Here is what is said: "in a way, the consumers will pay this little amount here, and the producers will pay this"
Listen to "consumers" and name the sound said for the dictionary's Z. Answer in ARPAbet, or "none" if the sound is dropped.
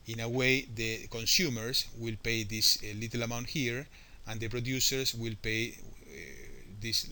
S